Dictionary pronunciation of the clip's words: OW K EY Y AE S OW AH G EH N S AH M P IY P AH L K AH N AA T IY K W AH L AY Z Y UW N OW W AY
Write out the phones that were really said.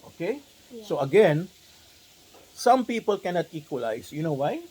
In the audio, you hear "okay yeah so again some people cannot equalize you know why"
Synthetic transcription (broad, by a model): OW K EY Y S OW AH G EH N S AH M P IY P AH L K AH N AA T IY K W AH L AY S Y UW N OW W AY